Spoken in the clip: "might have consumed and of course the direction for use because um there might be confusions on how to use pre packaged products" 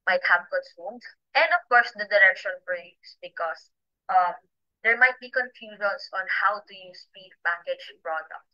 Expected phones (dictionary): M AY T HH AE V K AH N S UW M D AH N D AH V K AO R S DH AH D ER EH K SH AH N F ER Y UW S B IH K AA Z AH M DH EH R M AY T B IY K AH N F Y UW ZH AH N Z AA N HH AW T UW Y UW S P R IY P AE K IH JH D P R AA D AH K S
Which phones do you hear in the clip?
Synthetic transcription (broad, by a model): M AY T HH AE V K AH N S UW M D AH N D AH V K AO R S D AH D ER EH K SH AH N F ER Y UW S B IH K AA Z AH M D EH R M AY T B IY K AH N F Y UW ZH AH N S AA N HH AW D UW Y UW S P IY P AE K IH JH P R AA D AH K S